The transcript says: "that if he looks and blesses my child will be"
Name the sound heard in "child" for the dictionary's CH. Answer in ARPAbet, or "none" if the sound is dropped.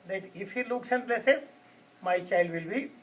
CH